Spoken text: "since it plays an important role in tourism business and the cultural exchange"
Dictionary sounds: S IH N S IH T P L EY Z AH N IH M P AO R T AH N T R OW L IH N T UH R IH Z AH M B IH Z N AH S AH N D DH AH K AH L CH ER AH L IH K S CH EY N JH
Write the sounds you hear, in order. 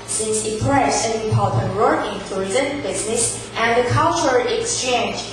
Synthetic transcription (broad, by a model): S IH N S IH T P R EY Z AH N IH P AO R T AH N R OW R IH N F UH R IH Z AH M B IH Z N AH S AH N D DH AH K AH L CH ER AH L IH K S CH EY N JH